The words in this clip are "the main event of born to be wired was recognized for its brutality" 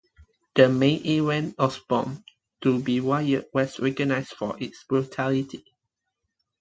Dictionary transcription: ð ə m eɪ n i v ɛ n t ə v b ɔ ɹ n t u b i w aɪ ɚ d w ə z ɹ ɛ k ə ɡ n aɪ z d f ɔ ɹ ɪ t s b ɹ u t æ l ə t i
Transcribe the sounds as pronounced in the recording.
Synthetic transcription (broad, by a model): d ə m eɪ n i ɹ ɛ n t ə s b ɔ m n t u b i w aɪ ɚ w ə s ɹ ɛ k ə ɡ n aɪ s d f ɔ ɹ ɪ t s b ɹ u t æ l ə t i